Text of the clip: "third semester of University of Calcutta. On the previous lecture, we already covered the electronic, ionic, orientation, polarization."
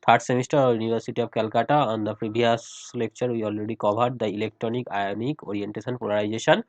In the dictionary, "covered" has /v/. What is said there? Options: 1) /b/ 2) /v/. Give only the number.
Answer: 1